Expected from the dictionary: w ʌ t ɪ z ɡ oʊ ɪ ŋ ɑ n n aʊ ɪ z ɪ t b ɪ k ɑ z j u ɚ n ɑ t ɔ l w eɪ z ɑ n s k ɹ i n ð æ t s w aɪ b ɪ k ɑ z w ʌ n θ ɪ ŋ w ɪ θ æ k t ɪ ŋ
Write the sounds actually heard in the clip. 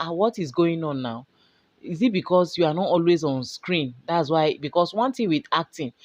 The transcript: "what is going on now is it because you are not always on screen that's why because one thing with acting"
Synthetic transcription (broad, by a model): w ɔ t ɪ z ɡ oʊ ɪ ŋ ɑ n n aʊ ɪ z ɪ t b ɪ k ɑ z j u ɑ n ɑ t ɔ l w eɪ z ɑ n s k ɹ i n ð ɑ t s w aɪ b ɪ k ɑ s w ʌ n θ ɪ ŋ w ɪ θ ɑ k t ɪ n